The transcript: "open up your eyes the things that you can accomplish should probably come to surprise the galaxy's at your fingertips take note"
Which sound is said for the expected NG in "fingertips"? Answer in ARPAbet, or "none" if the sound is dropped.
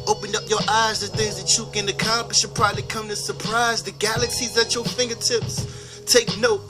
NG